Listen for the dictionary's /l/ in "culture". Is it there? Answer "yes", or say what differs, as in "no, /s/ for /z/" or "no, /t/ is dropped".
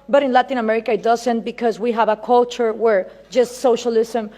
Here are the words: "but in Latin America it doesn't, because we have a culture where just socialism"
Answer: yes